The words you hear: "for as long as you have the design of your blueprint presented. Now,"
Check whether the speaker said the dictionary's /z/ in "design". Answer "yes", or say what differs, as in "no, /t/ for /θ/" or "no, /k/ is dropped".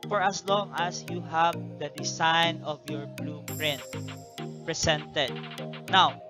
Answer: no, /s/ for /z/